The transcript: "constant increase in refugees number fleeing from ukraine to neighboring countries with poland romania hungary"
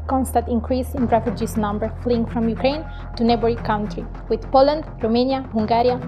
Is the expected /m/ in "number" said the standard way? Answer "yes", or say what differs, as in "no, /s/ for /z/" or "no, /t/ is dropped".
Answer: yes